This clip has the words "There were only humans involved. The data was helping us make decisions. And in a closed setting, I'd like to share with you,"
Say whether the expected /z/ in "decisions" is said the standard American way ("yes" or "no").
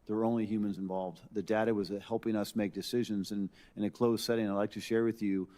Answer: yes